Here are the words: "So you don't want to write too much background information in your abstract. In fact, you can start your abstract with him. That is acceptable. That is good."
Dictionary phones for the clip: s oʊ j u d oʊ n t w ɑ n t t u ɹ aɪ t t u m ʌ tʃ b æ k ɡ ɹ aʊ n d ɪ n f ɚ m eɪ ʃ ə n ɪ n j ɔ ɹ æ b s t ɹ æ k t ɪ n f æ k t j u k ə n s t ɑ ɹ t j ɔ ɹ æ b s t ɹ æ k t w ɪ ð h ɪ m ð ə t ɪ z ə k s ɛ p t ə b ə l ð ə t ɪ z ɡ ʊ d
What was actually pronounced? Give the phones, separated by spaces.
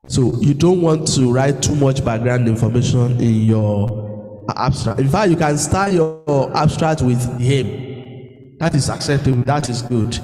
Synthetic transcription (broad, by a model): s oʊ j u d oʊ n t w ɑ n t t u ɹ aɪ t t u m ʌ tʃ b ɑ ɡ ɹ aʊ n d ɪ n f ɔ m eɪ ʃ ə n ɪ n j ɔ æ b s t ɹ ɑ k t ɪ n f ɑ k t j u k ə n s t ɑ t j ɔ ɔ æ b s t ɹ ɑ k t w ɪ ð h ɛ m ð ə t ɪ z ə k s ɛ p t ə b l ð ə t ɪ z ɡ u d